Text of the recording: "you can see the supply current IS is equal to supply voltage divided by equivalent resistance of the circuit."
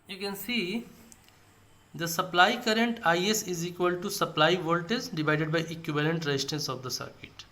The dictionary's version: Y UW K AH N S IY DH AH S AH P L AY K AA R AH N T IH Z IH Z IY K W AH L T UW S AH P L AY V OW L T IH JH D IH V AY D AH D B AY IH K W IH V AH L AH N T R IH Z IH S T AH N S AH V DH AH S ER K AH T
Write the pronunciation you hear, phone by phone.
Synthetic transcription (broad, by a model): Y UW K AH N S IY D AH S AH P L AY K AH R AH N T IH S IH Z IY K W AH L T UW S AH P L AY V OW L T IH Z D IH V AY D AH D B AY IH K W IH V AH L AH N T R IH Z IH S T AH N S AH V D AH S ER K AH T